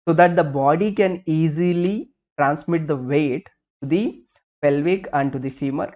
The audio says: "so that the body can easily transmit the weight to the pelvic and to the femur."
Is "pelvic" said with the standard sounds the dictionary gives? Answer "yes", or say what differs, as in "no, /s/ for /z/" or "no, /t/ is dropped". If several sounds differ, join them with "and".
yes